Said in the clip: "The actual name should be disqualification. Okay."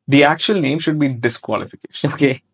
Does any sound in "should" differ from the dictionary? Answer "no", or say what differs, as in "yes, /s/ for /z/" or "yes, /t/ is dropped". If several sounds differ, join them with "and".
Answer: no